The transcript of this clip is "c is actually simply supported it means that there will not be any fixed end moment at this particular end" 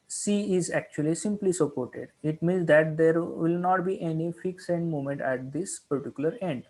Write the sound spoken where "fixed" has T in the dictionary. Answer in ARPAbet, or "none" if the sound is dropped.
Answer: none